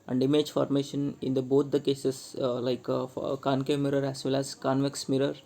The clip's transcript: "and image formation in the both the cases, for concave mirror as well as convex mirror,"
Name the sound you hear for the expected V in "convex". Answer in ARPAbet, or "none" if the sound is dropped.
V